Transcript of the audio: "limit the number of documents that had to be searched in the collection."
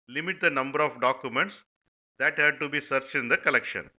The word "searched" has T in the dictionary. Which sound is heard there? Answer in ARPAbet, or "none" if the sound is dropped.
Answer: none